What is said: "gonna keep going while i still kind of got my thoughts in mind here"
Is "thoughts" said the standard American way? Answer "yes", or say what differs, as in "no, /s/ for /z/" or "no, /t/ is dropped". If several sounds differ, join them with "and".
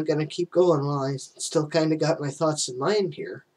yes